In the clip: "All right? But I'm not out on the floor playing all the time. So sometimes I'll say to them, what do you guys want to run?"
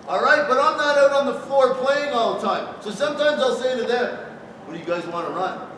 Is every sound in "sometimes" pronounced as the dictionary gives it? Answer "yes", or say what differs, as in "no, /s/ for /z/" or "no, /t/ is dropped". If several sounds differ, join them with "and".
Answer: yes